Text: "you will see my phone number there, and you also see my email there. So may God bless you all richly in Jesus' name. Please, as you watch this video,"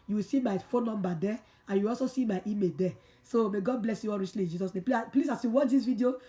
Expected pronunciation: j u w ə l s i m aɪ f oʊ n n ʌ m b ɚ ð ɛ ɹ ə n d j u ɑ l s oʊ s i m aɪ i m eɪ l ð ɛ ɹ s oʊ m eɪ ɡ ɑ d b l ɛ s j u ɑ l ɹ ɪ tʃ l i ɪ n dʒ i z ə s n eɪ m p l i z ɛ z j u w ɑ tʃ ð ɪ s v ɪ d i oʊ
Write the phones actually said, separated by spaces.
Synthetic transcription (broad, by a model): j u w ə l s i m aɪ f oʊ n n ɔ m b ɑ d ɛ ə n j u ɑ l s oʊ s i m aɪ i m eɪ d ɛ s oʊ m eɪ ɡ ɑ d b l ɛ s j u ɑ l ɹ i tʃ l i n dʒ i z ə s n eɪ m p l i s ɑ s j u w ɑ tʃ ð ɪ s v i d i oʊ